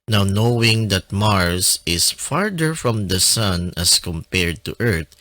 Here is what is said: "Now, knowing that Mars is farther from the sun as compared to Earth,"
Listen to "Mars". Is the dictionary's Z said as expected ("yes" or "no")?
no